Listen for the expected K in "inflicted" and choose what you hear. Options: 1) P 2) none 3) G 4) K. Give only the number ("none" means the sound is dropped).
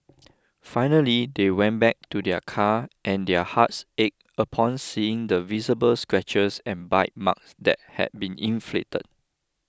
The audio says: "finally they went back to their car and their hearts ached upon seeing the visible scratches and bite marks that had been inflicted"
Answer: 2